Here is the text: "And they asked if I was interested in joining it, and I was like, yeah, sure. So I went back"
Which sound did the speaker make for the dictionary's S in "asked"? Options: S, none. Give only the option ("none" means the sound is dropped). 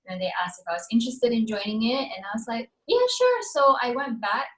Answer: S